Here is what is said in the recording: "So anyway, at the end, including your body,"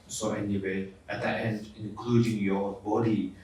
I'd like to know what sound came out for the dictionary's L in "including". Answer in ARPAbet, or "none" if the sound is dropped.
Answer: none